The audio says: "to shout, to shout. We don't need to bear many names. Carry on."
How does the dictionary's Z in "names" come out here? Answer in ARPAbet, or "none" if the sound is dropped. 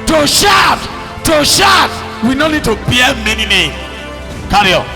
none